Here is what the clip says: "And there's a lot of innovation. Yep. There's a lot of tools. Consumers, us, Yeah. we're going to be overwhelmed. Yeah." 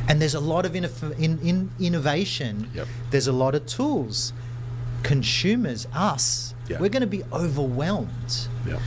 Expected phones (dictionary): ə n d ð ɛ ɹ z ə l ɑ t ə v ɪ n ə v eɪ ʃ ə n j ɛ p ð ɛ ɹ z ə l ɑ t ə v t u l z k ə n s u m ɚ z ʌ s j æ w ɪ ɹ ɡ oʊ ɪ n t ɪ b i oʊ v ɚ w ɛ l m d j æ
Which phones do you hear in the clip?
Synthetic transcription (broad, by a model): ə n ð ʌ ɹ z ə l ɑ t ə v ɪ n ə v eɪ ʃ ə n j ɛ ð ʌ ɹ z ə l ɑ t ə v t u l z k ə n s u m ɚ z ʌ s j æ w ɪ ɹ ɡ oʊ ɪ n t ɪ b i oʊ v ɚ w ɛ l m d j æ